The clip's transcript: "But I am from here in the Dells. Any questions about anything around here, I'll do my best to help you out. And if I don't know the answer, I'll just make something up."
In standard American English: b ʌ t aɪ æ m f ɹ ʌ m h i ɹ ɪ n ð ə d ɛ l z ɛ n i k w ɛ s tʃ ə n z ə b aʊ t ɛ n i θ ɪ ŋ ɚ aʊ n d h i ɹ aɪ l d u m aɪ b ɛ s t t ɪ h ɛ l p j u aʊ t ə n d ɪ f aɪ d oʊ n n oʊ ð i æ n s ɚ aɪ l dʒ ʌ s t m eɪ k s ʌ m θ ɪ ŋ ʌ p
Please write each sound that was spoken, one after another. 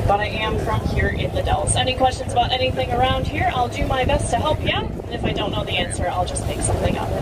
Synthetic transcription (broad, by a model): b ʌ t aɪ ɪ m f ɹ ʌ m h i ɹ ɪ n ð ə d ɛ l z ɛ n i k w ɛ s tʃ ə n z ə b aʊ t ɛ n i θ ɪ ŋ ɚ aʊ n d h i ɹ aɪ l d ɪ m aɪ b ɛ s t t ɪ h ɛ l p j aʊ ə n ɪ f aɪ d oʊ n n oʊ ð i æ n s ɚ aɪ l dʒ ʌ s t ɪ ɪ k s ʌ m θ ɪ ŋ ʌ